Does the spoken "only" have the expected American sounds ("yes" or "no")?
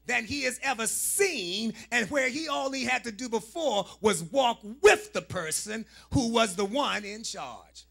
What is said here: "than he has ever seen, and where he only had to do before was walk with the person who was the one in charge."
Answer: no